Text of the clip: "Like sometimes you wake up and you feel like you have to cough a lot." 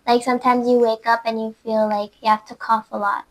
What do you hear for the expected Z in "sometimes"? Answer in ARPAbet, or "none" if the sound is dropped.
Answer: Z